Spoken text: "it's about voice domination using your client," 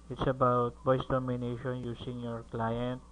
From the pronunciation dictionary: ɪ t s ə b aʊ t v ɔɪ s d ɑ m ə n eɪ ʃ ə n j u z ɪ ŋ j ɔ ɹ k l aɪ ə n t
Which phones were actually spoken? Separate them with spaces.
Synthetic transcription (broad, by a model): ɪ t s ə b aʊ t b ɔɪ s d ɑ m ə n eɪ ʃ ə n j u s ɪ ŋ j ɔ ɹ k l aɪ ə n t